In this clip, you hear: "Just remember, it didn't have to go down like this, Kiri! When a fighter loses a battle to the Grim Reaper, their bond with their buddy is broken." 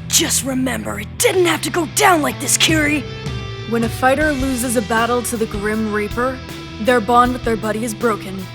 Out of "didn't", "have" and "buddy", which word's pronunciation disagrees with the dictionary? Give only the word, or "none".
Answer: have